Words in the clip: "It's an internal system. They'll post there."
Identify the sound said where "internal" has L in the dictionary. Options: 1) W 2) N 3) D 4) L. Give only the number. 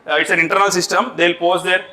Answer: 4